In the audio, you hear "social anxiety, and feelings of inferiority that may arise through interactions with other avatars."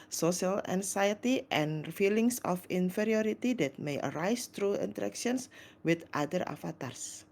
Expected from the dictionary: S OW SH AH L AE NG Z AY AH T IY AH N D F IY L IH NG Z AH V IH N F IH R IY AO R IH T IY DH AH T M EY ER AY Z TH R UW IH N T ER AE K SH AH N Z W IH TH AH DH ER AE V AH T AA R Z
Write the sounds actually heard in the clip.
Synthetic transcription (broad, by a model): S OW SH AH L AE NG S AY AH T IY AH N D F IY L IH NG S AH F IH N F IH R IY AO R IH T IY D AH T M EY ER AY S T R UW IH N T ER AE K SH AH N S W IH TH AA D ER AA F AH T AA R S